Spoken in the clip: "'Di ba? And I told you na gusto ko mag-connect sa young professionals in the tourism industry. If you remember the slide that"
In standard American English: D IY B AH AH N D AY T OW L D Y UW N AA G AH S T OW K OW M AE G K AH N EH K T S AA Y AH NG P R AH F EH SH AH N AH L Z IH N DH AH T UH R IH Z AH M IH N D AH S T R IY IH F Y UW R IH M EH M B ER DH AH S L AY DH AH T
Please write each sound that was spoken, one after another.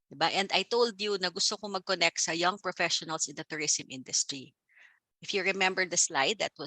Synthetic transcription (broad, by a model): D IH B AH AH N D AY T OW L D Y UW N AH G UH S T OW K OW M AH G K AH N EH K T S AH Y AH NG P R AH F EH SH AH N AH L S IH N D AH T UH R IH S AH M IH N D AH S T R IY IH F Y UW R IH M EH M B ER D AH S L AY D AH T